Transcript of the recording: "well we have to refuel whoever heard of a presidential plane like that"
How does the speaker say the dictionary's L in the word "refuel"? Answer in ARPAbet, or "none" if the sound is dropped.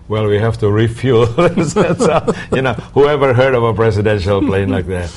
N